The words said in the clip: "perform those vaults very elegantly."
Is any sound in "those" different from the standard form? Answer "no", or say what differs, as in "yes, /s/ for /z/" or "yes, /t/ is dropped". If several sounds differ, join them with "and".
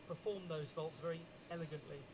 no